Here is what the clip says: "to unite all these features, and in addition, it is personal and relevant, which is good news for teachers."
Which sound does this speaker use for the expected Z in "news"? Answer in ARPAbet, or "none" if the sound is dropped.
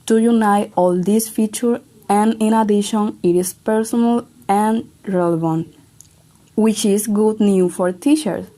none